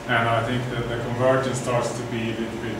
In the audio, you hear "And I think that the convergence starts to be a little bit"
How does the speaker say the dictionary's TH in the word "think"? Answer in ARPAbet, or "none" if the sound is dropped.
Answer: TH